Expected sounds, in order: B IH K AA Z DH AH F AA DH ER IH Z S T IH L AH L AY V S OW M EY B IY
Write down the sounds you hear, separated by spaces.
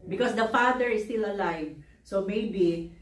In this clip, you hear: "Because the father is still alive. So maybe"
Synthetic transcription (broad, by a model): B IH K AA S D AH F AA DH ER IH S T IH L AH L AY V S OW M EY B IY